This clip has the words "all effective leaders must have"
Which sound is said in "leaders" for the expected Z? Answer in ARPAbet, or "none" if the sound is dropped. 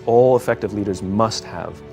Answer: Z